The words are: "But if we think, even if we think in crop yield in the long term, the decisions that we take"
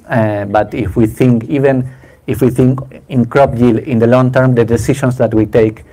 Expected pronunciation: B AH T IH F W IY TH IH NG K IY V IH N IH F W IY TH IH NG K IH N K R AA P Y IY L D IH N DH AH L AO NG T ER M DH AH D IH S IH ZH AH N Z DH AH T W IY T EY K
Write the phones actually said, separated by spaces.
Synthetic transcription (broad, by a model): B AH T IH F W IY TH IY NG K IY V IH N IH F W IY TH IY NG K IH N K R AA P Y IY L IH N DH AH L AO NG T ER M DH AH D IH S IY SH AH N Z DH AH T W IY T EY K